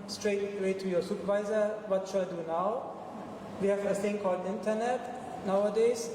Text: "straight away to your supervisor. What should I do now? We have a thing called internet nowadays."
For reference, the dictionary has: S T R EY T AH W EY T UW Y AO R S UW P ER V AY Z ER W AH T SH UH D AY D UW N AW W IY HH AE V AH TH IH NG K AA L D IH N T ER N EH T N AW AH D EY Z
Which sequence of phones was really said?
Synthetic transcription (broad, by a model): S T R EY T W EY T UW Y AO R S UW P ER V AY Z ER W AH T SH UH AY D UW N AW W IY HH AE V AH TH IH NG K AA L D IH N T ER N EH T N AW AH D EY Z